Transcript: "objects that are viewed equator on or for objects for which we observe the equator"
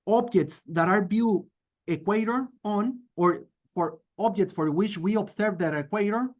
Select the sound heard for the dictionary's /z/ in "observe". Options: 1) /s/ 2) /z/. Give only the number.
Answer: 1